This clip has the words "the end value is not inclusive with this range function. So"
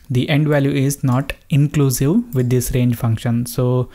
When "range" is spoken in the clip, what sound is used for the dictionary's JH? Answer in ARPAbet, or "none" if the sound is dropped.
JH